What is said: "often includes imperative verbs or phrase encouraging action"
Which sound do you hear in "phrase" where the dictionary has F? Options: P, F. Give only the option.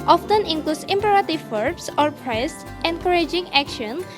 P